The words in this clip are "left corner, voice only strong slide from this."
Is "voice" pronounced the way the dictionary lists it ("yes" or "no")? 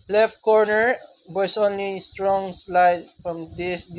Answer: no